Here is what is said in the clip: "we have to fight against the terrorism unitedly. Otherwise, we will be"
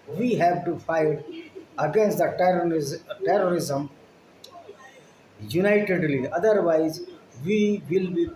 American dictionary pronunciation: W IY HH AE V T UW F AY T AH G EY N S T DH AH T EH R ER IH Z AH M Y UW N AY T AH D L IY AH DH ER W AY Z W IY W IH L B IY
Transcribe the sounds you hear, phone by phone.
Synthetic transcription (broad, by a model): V IY HH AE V T UW F AY T AH G EY N S T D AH T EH R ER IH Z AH M Y UW N AY T AH D L IY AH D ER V AY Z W IY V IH L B IY